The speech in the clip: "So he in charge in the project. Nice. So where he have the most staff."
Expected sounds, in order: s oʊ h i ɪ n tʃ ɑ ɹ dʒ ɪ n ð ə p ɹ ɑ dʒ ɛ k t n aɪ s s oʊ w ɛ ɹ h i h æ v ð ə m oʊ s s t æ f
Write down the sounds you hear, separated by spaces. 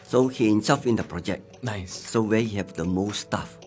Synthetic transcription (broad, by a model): s oʊ h i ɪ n s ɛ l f ɪ n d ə p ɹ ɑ dʒ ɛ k n aɪ s s oʊ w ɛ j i h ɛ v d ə m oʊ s s t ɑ f